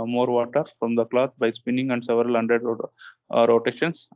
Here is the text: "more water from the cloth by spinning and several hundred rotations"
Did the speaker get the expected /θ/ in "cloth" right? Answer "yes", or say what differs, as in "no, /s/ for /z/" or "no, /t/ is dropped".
no, /t/ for /θ/